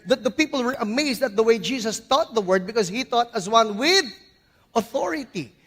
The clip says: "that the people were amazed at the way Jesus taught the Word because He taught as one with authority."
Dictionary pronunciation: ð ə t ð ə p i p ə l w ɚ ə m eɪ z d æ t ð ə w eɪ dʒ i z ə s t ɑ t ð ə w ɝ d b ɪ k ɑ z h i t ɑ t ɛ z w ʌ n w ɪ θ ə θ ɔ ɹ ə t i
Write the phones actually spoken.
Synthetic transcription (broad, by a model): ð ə t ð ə p i p ə l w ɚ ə m eɪ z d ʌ t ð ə w eɪ dʒ i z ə s t ɑ t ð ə w ɝ d b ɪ k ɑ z h i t ɑ t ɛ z w ʌ n w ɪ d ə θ ɔ ɹ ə t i